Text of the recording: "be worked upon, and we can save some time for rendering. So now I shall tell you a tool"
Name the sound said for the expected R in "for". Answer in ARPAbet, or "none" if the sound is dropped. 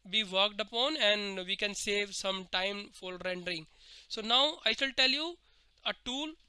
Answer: L